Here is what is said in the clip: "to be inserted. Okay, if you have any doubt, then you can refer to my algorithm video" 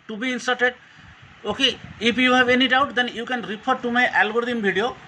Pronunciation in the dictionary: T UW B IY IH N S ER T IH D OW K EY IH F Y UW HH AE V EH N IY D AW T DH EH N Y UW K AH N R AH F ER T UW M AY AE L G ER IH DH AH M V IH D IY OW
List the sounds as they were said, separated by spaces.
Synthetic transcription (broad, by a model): T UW B IY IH N S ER T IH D OW K EY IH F Y UW HH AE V EH N IY D AW T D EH N Y UW K AH N R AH P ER T UW M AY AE L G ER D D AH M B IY D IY OW